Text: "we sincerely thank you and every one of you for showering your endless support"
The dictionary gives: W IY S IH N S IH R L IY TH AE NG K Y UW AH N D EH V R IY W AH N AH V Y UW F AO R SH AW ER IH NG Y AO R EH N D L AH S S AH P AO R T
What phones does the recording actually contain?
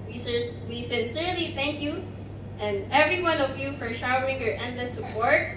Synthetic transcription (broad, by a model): W IY S IH N S IH R L IY TH AE NG K Y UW AH N D EH V R IY W AH N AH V Y UW F AO R SH AW ER IH NG Y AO R EH N D L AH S S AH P AO R T